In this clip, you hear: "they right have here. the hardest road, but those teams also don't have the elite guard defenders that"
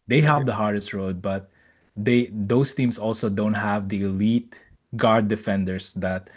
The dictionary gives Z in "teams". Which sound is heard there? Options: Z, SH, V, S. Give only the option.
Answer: S